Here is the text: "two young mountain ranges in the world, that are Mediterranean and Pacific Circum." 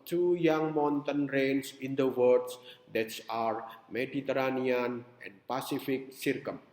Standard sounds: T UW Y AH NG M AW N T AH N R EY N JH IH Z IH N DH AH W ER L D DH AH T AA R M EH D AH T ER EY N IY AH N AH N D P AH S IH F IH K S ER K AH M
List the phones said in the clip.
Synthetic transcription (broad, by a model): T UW Y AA NG M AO N T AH N R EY N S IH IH N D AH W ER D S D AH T AA R M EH D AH T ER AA N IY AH N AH N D P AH S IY F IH K S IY K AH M